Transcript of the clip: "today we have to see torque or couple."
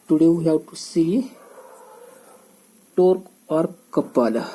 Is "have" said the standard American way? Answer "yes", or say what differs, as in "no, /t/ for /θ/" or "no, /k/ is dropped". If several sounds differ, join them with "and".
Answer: no, /w/ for /v/